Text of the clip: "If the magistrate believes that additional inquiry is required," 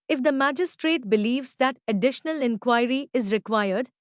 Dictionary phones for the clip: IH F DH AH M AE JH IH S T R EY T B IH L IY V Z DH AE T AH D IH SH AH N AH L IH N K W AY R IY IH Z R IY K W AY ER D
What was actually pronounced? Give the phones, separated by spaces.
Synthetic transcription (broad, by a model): IH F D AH M AE JH IH S T R EY T B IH L IY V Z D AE T AH D IH SH AH N AH L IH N K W AY R IY IH Z R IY K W AY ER D